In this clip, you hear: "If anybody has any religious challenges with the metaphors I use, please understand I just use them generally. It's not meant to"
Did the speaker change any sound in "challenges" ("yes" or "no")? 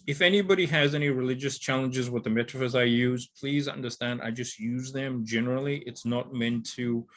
no